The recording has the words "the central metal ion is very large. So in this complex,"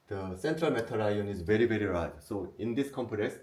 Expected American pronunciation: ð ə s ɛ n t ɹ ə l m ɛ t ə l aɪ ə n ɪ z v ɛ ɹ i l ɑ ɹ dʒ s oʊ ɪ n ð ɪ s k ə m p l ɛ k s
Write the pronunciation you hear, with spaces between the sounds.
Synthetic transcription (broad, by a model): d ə s ɛ n t ɹ ə l m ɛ t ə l aɪ ə n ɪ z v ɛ ɹ i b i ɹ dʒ s oʊ ɪ n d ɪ s k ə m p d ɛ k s